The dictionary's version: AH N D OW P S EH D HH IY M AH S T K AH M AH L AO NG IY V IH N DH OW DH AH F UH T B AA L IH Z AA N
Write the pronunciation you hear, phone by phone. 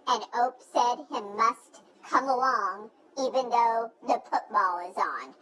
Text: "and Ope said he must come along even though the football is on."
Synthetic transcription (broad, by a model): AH N OW P S EH D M M AH S T K AH M AH L AO NG IY V IH N DH OW DH AH F UH T B AA L IH Z N